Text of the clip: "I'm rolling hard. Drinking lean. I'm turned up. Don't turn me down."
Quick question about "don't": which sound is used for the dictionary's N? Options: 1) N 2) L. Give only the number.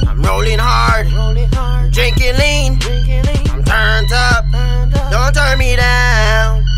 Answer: 1